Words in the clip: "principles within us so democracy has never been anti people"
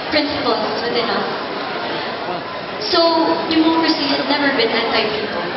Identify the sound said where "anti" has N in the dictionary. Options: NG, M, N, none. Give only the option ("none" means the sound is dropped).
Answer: none